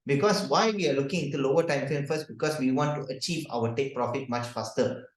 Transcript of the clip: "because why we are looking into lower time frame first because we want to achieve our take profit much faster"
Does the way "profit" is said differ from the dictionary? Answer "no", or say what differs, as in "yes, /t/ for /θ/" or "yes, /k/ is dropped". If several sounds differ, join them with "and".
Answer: no